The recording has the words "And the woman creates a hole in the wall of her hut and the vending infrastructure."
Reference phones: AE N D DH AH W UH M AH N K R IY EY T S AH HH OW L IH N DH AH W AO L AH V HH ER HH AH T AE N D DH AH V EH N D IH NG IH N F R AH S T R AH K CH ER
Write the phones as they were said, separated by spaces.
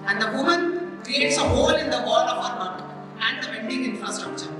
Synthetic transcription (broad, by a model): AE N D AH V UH M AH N K R IY EY T S AH HH OW L IH N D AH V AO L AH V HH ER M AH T AE N D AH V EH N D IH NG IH N F R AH S T R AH K CH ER